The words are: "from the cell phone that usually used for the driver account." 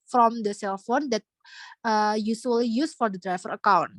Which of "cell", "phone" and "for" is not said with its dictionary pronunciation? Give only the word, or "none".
none